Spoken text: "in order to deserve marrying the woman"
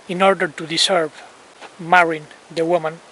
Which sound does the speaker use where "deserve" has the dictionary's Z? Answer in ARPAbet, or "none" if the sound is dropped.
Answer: S